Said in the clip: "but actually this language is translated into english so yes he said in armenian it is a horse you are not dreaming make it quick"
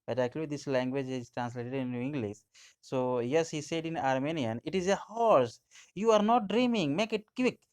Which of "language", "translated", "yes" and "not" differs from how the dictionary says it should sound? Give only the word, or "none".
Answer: none